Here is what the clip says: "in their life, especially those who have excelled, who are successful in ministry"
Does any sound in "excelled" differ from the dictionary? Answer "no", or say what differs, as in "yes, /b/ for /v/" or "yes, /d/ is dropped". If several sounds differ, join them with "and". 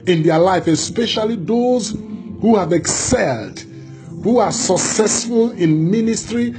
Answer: no